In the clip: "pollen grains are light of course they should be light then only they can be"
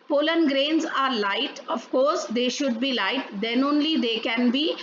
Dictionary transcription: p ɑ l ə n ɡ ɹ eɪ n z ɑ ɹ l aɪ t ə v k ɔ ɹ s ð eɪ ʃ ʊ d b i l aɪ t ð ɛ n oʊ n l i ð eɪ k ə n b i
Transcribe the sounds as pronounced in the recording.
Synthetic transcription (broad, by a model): p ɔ l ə n ɡ ɹ eɪ n z ɑ ɹ l aɪ t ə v k ɔ ɹ s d eɪ ʃ ʊ d b i l aɪ t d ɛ n oʊ n l i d eɪ k ə n b i